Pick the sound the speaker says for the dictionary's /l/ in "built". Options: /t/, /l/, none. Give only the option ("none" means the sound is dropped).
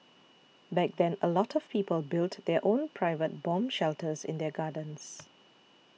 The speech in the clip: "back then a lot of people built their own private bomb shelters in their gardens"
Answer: /l/